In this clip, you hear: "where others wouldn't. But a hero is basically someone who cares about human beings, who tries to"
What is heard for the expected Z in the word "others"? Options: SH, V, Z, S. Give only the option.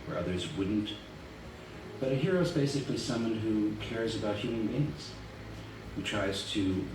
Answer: Z